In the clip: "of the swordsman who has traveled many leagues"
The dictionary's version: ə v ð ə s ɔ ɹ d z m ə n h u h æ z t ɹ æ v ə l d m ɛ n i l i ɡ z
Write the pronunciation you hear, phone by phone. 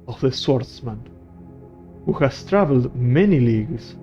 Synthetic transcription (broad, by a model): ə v ð ə s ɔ ɹ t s m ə n h u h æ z t ɹ æ v ə l d m ɛ n i l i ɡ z